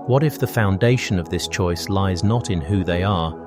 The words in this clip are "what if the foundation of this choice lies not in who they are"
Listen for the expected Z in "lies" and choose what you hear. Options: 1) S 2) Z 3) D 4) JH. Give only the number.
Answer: 2